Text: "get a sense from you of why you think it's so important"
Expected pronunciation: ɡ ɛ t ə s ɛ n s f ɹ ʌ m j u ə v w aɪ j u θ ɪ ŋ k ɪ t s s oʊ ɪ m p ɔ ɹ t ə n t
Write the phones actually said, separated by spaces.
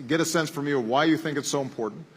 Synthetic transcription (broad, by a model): ɡ ɛ t ə s ɛ n s f ɹ ʌ m j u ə w aɪ j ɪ θ ɪ ŋ k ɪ t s s oʊ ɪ m p ɔ ɹ t n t